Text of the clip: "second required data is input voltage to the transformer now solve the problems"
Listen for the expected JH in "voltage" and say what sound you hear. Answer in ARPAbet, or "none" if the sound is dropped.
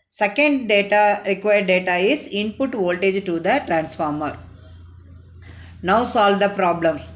JH